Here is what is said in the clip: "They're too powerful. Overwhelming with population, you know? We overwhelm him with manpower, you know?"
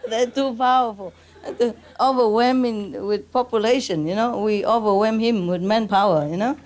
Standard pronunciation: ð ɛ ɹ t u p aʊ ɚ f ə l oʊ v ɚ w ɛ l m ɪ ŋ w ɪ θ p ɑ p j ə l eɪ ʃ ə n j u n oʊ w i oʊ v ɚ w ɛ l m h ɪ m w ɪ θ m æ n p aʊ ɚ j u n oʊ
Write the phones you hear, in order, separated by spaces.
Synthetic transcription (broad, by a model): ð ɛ t u p aʊ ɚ f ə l oʊ v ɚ w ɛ m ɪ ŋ w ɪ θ p ɑ p j ə l eɪ ʃ ə n j u n oʊ w i oʊ v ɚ w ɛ m h ɪ m w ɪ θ m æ n p aʊ ɚ j u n oʊ